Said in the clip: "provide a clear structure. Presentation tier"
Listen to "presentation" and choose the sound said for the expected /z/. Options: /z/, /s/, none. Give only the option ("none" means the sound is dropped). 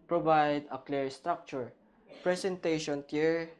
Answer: /s/